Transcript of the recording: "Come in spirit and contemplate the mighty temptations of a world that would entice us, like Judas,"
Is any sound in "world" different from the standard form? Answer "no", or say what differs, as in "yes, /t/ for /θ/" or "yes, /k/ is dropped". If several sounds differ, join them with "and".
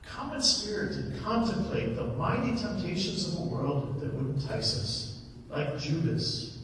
no